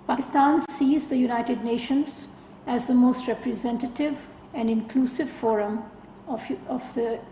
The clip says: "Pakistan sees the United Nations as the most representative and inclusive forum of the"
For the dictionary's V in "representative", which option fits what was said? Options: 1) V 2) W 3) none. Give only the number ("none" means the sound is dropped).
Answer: 1